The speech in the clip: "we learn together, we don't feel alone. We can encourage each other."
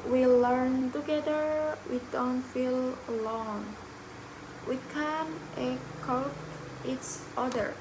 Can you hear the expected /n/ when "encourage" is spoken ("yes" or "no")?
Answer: no